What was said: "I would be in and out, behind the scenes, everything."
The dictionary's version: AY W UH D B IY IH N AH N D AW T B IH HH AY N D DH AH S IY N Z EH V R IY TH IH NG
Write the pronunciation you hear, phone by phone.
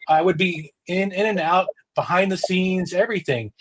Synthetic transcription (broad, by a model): AY W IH D B IY IH N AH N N AW T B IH HH AY N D DH AH S IY N Z EH V R IY TH IH NG